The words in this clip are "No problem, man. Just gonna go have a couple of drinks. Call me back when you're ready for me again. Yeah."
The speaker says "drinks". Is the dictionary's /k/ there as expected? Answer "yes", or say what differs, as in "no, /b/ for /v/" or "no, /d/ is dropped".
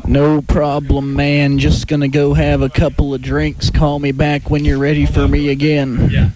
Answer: yes